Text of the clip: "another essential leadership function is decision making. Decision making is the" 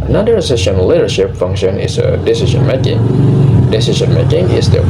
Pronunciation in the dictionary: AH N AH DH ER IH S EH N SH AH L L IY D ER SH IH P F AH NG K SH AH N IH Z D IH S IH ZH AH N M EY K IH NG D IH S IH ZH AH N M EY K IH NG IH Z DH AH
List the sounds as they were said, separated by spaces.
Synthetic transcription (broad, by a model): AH N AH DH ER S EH SH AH N L IY D ER SH IH P F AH NG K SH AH N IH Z D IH S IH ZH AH N M EY K IH NG D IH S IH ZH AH N M EY K IH NG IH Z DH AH